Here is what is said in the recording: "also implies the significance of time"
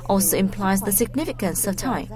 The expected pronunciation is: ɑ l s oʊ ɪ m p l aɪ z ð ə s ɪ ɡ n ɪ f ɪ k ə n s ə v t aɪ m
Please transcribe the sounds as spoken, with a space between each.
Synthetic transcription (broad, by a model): ɑ l s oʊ ɪ m p l aɪ z ð ə s ɪ ɡ n ɪ f ɪ k ə n s ə v t aɪ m